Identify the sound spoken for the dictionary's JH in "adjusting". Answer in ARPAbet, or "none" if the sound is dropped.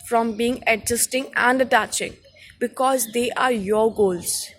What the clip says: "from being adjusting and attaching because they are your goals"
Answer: Z